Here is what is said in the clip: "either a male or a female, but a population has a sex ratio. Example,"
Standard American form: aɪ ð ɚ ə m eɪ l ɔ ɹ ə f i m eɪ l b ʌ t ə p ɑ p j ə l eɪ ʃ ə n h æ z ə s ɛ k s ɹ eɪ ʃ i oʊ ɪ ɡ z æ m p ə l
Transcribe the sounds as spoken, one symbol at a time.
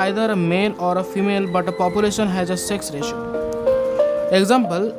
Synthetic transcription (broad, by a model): aɪ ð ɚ ə m eɪ n ɔ ɹ ə f i m eɪ l b ʌ t ə p ɑ p j ə l eɪ ʃ ə n h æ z ə s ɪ k s ɹ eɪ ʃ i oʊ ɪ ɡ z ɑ m p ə l